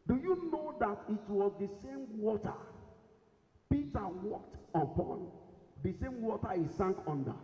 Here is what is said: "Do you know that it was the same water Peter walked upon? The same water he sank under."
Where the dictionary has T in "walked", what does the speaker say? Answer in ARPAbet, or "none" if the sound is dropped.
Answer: T